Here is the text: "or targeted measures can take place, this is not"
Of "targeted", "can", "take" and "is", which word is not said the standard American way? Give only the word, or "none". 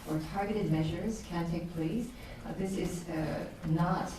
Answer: none